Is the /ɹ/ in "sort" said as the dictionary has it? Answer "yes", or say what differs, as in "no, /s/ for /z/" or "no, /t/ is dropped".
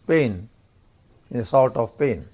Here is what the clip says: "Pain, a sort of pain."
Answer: no, /l/ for /ɹ/